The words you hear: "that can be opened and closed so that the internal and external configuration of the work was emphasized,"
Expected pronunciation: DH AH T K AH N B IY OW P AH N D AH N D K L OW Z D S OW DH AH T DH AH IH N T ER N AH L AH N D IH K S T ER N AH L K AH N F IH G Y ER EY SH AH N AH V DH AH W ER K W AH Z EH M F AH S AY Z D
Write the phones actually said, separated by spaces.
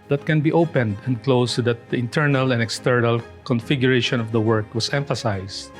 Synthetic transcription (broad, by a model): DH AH T K AH N B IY OW P AH N D AH N D K L OW S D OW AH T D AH IH N T ER N AH L AH N D IH K S T ER N AH L K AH N F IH G Y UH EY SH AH N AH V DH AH W ER K W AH S EH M F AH S AY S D